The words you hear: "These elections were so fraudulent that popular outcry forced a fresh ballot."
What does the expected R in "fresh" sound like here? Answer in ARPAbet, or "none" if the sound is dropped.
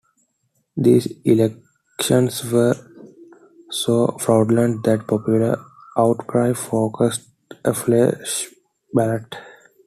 L